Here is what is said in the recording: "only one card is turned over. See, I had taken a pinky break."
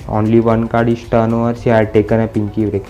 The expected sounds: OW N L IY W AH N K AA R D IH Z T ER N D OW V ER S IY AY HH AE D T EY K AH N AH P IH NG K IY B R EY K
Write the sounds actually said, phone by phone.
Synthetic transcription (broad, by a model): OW N L IY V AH N K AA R D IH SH T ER N OW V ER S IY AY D T EY K AH N AH P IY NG K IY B R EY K